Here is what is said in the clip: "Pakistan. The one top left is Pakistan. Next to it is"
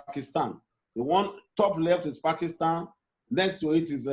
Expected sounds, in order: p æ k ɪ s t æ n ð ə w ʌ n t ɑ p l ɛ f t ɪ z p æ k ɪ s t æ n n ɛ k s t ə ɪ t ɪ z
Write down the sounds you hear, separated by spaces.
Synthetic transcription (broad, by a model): k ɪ s t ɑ n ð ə w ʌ n t ɑ p l ɛ f t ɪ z p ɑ k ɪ s t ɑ n n ɛ k s t ə ɪ t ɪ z